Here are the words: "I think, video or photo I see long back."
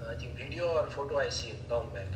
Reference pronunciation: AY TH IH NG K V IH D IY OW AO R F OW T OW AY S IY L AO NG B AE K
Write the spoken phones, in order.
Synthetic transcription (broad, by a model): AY T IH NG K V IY D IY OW AO R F OW T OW AY S IY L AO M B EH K